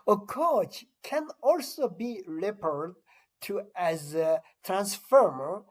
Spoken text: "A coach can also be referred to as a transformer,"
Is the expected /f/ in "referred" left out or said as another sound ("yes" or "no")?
yes